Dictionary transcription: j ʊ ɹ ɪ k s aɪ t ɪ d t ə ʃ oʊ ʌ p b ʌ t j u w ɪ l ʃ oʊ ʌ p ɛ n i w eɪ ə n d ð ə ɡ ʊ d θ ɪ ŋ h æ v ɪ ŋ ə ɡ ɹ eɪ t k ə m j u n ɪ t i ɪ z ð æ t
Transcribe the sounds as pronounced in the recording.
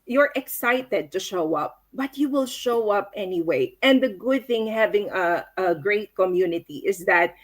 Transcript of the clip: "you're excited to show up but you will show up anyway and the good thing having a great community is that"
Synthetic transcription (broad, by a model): j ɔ ɹ ɪ k s aɪ t ɪ d t ə ʃ oʊ ʌ p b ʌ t j u w ɪ l ʃ oʊ ʌ p ɛ n i w eɪ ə n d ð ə ɡ ʊ d θ ɪ ŋ h æ v ɪ ŋ ə ɡ ɹ eɪ t k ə m j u n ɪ t i ɪ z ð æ t